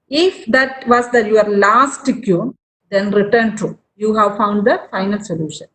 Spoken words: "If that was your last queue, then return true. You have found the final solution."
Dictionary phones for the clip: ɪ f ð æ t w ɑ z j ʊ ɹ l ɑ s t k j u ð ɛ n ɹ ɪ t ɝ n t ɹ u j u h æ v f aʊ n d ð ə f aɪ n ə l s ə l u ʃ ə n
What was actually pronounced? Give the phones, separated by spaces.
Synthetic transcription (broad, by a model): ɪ f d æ t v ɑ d j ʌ ɹ l ɑ s t k j u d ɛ n ɹ ɪ t ɝ n t u j u h æ v f aʊ n d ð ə f aɪ n ə l s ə l u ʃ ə n